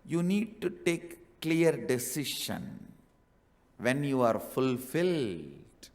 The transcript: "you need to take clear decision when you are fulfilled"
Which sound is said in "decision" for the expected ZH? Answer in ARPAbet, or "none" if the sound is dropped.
SH